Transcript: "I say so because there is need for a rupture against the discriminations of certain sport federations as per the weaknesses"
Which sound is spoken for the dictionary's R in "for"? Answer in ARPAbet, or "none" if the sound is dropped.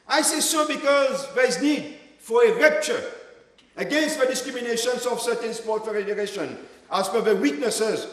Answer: R